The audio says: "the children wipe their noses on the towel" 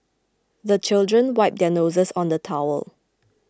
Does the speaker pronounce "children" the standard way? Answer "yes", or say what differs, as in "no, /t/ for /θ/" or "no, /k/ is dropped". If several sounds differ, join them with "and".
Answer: yes